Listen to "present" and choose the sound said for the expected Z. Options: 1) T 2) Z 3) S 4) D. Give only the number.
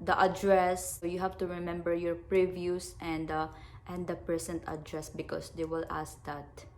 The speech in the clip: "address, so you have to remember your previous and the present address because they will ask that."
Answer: 3